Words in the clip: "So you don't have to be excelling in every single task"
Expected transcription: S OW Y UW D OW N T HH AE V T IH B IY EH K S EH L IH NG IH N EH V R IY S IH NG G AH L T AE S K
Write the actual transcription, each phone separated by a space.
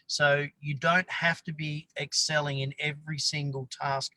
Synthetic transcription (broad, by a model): S OW Y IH D OW N T HH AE F T IH B IY EH K S EH L IH NG IH N EH V R IY S IH NG G AH L T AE S K